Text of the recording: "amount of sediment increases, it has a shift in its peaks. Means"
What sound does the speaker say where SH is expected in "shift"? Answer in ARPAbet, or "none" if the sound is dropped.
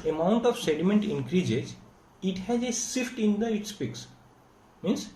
S